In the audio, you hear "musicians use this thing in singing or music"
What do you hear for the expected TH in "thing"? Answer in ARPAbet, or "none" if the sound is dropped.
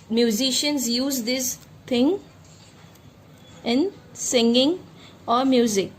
T